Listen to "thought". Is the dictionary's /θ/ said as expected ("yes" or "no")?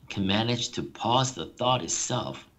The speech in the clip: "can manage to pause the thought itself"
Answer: yes